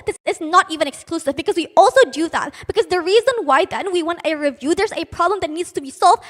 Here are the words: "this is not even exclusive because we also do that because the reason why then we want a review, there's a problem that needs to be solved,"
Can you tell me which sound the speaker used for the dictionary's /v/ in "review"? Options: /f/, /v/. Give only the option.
/v/